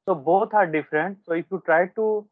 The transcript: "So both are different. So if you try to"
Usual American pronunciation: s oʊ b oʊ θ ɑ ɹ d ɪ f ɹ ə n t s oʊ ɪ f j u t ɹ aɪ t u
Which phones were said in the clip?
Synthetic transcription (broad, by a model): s oʊ b oʊ t ɑ ɹ d ɪ f ɹ ə n t s oʊ ɪ f j u t ɹ aɪ t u